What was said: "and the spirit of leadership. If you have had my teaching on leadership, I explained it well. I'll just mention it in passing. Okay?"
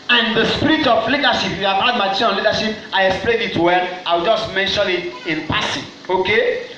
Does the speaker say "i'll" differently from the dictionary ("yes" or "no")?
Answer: yes